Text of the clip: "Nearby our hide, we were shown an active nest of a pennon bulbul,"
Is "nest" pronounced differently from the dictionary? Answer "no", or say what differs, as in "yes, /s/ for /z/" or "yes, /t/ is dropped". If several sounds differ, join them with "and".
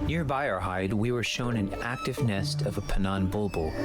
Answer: no